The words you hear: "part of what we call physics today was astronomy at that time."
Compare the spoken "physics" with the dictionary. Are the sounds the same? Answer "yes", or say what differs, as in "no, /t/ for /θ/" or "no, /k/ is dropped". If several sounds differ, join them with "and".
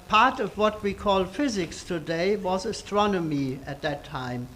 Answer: yes